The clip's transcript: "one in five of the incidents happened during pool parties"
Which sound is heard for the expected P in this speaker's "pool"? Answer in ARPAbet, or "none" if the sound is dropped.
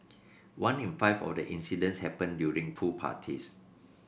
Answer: F